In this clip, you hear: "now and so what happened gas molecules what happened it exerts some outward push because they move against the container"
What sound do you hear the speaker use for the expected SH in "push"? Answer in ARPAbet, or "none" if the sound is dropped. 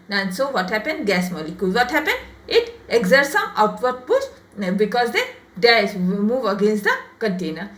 S